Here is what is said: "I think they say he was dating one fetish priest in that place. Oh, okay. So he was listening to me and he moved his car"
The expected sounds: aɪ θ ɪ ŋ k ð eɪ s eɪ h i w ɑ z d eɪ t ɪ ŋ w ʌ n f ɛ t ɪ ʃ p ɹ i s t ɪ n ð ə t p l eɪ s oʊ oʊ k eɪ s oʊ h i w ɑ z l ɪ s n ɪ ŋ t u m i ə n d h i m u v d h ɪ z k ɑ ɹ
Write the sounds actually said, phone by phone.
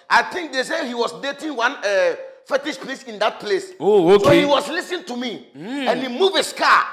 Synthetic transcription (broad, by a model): aɪ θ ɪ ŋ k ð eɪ s eɪ h i w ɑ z d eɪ t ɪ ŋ w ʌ n f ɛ t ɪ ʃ p l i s ɪ n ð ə t p l eɪ s oʊ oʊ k s oʊ h i w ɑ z l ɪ s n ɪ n t u m i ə n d h i m u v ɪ s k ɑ